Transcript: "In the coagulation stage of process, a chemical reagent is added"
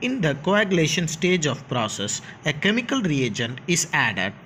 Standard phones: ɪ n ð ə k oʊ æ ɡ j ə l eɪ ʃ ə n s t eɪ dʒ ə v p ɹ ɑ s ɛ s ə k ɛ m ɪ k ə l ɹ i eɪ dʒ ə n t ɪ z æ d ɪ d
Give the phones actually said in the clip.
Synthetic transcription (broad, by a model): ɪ n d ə k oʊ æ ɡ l eɪ ʃ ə n s t eɪ dʒ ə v p ɹ ɑ s ɛ s ə k ɛ m ɪ k ə l ɹ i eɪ dʒ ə n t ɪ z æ d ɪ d